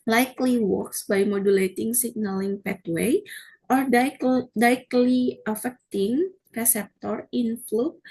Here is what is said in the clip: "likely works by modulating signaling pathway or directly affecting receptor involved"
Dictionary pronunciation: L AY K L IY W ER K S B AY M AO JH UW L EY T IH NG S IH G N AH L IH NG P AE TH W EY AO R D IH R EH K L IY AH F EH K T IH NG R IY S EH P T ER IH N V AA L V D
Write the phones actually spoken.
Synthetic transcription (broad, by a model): L AY K L IY W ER K S B AY M AO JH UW L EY T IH NG S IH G N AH L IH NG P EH T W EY AO R D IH EH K L IY AH F EH K T IH NG R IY S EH P T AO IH N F L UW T